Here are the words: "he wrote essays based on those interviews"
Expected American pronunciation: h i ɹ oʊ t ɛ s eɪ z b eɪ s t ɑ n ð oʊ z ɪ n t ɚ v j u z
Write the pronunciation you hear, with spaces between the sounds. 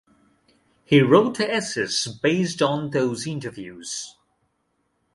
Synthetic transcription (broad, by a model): h i ɹ oʊ t ɛ s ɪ s b eɪ s t n ð oʊ z ɪ n t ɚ v j u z